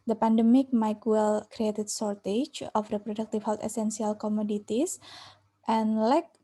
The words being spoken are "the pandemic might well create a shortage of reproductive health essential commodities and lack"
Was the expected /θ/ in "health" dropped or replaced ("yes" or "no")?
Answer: yes